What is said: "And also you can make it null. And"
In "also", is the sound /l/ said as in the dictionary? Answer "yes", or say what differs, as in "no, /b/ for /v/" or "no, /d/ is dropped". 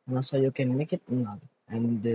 no, /l/ is dropped